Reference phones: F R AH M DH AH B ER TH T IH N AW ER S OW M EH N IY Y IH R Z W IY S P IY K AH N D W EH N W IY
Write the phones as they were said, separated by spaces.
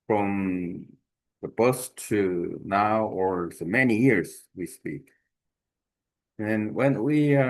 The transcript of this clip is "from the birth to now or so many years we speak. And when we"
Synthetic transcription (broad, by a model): F R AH M DH AH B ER S T IH N AW ER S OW M EH N IY Y IH R Z W IY S P IY K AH N W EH N W IY